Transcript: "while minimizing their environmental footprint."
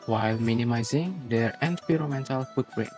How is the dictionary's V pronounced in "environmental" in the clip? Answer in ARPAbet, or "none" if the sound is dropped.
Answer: P